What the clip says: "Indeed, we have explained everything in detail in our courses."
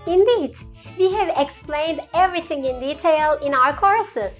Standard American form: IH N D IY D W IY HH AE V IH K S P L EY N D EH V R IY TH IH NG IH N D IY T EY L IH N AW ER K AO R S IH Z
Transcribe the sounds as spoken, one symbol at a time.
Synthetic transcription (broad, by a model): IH N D IY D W IY HH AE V IH K S P L EY N D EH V R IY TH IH NG IH N D IY T EY L IH N AW ER K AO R S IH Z